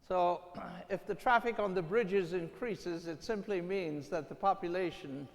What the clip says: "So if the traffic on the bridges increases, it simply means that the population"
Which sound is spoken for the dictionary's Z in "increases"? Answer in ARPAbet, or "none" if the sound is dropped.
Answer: Z